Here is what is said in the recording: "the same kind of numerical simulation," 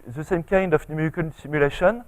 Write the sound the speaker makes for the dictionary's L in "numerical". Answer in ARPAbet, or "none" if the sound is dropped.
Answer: N